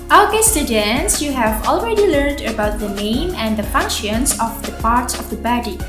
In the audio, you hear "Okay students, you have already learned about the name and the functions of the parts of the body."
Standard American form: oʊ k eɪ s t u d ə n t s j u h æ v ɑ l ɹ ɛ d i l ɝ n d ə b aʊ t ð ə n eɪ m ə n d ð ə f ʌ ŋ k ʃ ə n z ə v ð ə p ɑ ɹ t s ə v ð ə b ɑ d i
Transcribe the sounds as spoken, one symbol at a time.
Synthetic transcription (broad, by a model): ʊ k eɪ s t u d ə n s j u h æ v ɑ l ɹ ɛ d i l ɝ n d ə b aʊ t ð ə n eɪ m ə n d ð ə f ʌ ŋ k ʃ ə n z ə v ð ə p ɑ ɹ t s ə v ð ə b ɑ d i